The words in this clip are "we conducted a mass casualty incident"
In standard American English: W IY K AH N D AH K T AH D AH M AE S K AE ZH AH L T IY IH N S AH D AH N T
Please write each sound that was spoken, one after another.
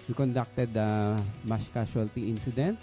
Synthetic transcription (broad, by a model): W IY K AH N D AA K T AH D AH M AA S K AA S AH L T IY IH N S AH D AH N T